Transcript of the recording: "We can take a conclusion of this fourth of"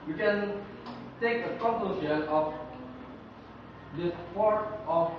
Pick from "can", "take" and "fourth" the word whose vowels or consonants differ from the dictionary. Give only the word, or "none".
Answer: fourth